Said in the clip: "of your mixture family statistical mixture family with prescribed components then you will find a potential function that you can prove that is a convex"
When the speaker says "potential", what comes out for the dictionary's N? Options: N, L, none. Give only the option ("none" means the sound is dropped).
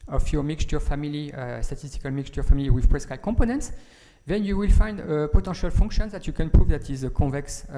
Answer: none